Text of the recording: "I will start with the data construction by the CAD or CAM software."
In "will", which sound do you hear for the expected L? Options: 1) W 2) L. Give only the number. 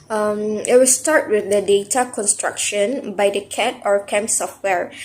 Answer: 1